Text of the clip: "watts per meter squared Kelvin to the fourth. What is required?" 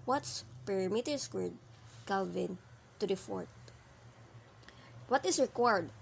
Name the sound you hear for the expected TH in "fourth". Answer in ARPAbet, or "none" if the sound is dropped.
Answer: T